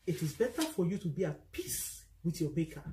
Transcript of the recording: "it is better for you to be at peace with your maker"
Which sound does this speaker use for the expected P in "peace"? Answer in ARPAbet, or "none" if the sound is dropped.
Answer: P